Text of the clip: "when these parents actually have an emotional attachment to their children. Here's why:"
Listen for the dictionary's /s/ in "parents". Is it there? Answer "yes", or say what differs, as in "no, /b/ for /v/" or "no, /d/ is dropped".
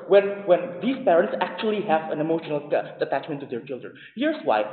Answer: yes